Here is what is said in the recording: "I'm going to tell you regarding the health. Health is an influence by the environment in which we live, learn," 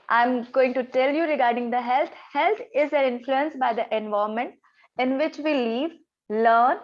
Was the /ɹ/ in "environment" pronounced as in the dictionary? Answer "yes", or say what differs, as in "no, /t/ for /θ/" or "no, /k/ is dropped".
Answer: no, /ɹ/ is dropped